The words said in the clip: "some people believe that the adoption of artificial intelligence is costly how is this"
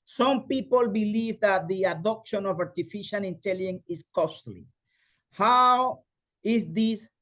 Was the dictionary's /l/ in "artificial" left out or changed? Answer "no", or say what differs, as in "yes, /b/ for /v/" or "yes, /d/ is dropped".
yes, /n/ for /l/